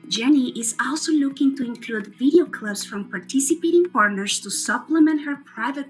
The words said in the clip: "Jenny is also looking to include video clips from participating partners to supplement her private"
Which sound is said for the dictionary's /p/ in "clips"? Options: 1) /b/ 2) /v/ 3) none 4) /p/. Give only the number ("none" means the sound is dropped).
1